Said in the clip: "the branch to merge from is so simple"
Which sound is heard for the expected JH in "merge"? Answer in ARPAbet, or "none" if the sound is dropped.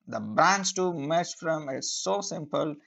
CH